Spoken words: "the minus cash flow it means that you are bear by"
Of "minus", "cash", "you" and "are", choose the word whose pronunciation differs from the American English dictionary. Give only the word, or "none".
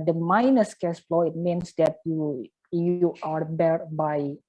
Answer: cash